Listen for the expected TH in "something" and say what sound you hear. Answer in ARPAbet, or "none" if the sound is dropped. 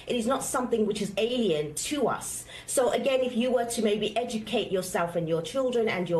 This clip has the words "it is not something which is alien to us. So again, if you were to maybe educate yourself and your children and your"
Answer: TH